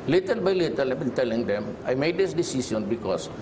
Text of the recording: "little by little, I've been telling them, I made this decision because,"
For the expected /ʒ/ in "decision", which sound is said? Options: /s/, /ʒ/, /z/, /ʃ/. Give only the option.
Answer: /s/